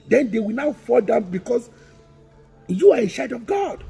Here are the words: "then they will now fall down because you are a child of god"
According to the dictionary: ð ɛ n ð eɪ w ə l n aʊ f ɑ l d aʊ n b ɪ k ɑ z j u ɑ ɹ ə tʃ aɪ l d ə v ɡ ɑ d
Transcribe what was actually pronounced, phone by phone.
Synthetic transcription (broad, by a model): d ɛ n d eɪ w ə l n aʊ f ɑ l d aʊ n b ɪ k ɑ s j u ɑ ɹ ə ʃ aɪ d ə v ɡ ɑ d